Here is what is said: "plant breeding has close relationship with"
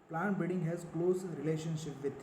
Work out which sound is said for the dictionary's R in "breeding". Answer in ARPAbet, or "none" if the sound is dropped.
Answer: none